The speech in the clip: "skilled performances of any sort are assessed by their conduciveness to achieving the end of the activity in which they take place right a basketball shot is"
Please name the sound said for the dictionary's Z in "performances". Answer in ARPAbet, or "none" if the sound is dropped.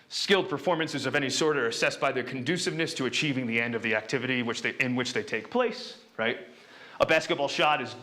Z